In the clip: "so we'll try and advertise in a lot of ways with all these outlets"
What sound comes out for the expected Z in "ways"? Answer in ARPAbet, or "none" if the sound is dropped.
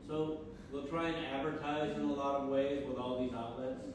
Z